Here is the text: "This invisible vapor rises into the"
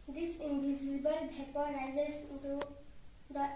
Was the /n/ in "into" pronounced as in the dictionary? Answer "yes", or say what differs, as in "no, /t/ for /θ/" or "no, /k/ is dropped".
no, /n/ is dropped